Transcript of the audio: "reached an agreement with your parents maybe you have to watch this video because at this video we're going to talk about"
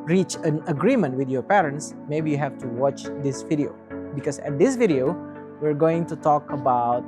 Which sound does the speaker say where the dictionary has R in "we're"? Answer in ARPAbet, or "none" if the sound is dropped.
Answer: R